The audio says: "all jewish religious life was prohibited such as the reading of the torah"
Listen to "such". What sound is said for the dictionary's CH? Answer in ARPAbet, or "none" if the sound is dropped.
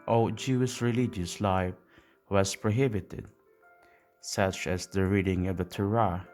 CH